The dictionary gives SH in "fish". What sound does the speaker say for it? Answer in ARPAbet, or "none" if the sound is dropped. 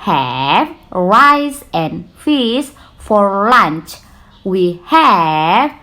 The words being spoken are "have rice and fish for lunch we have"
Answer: S